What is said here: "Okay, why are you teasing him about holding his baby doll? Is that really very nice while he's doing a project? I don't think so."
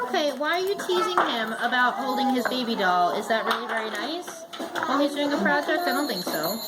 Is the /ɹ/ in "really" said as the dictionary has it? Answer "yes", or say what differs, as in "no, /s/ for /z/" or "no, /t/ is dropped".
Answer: yes